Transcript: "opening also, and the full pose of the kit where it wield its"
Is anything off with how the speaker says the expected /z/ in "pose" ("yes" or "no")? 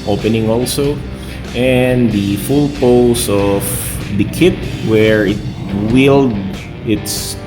yes